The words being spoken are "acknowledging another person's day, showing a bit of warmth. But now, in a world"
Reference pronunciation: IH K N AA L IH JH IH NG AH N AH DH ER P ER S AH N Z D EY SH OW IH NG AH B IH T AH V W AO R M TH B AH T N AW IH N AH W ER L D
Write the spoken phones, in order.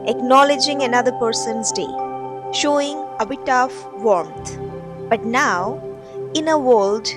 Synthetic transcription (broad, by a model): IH K N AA L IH JH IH NG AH N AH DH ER P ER S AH N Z D EY SH OW IH NG AH B IH T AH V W AO R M T B AH T N AW IH N AH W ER L D